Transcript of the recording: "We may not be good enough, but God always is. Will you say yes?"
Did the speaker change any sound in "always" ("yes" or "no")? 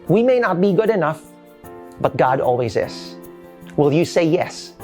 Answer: no